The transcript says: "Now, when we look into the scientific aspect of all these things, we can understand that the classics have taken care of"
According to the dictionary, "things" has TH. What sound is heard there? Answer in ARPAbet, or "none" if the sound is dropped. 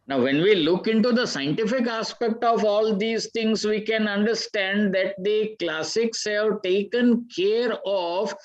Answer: T